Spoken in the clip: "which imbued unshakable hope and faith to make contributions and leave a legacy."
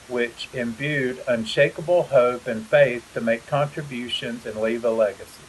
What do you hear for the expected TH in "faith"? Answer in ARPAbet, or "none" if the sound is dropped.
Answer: TH